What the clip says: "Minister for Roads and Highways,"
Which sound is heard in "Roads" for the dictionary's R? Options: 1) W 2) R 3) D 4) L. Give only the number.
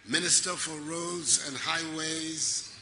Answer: 2